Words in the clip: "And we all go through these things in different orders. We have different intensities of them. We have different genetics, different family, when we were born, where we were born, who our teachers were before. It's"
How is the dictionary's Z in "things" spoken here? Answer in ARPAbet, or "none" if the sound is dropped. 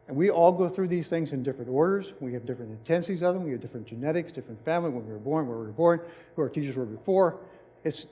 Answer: Z